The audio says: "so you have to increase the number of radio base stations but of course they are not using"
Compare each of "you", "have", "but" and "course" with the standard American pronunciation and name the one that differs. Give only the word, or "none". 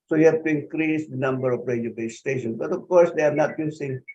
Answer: have